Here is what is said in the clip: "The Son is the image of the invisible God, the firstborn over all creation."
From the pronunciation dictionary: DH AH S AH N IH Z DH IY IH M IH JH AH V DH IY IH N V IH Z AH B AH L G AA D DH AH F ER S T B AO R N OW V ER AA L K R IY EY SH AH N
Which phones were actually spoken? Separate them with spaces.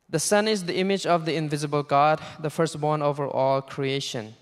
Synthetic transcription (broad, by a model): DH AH S AH N IH Z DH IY IH M IH JH AH V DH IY IH N V IH Z AH B AH L G AA D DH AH F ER S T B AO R N OW V ER AA L K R IY EY SH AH N